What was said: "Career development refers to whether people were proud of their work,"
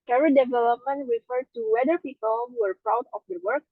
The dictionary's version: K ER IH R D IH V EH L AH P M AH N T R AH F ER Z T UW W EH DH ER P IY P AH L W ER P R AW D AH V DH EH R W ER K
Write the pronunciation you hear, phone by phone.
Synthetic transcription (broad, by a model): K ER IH D IH V EH L AH P M AH N T R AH F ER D T UW W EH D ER P IY P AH L W ER P R AW D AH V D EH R W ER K